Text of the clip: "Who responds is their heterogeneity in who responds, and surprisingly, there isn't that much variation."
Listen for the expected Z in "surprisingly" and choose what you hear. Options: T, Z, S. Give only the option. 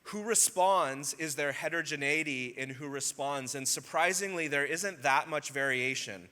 Z